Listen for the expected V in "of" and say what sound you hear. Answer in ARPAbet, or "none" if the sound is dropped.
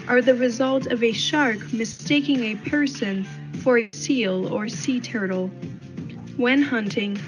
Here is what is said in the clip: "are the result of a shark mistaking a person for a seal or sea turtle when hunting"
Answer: V